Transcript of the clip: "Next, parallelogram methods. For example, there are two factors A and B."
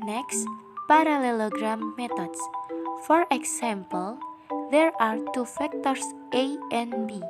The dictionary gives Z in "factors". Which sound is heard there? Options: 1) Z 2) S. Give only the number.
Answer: 2